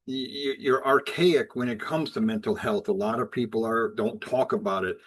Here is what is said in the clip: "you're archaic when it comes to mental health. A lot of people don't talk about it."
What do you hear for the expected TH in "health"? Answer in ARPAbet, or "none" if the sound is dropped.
TH